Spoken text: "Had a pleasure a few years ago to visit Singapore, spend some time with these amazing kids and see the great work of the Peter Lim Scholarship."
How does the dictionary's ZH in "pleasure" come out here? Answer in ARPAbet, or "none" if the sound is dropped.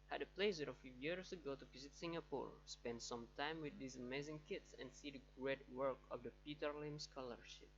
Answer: S